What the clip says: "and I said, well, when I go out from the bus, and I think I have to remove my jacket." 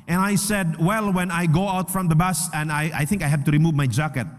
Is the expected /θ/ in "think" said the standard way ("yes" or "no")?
yes